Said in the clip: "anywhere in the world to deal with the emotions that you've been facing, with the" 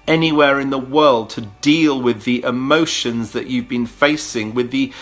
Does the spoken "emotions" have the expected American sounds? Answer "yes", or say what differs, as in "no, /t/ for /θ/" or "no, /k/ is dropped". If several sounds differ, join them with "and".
yes